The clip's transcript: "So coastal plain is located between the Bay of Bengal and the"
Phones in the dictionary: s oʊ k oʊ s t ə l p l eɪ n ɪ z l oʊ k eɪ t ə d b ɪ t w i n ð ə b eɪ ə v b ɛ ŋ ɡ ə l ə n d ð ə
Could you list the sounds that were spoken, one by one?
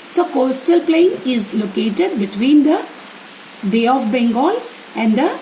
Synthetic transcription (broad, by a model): s oʊ k oʊ s t ə l p l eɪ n ɪ z l oʊ k eɪ t ə d b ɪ t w i n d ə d eɪ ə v b ɛ ŋ ɡ ə l ə n d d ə